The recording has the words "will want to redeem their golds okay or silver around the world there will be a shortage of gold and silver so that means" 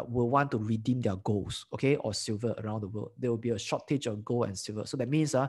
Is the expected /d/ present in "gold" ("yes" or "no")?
no